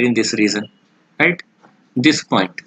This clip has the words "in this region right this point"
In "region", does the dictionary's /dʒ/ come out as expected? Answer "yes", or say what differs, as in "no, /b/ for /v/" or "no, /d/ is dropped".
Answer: no, /z/ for /dʒ/